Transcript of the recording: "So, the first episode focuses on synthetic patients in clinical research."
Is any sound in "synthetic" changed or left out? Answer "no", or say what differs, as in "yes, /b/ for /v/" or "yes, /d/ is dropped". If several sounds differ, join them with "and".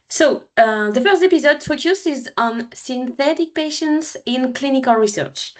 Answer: no